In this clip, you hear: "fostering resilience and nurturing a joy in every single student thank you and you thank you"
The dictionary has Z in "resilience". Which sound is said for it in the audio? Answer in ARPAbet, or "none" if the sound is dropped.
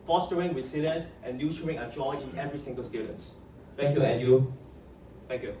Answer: S